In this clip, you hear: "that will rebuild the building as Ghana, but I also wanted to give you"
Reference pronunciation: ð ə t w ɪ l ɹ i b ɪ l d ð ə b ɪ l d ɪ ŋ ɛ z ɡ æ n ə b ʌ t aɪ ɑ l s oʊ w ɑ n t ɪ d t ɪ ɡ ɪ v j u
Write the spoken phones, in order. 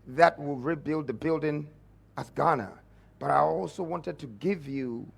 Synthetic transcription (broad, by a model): ð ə t w ɪ l ɹ i b ɪ l d ð ə b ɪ l d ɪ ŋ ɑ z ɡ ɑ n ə b ʌ t aɪ ɑ l s oʊ w ɑ n t ɪ d t ɪ ɡ ɪ v j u